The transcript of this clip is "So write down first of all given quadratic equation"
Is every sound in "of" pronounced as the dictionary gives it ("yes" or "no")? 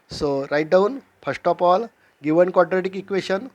no